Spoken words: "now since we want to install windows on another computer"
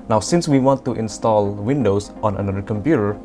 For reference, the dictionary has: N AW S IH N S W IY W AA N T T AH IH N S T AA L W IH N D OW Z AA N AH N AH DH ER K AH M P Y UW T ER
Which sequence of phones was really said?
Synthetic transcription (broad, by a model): N AW S IH N S W IY W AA N T T IH N S T AA L W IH N D OW S AA N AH N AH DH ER K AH M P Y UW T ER